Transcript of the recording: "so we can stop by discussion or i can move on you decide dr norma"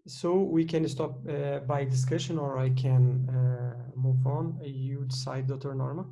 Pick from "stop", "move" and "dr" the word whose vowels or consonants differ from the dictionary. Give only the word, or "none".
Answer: dr